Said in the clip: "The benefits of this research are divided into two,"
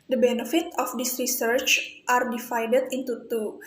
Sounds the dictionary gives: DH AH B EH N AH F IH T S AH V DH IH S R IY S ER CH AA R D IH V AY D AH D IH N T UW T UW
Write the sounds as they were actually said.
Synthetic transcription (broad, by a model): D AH B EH N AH F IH T AH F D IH S R IY S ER CH AA R D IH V AY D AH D IH N T UW T UW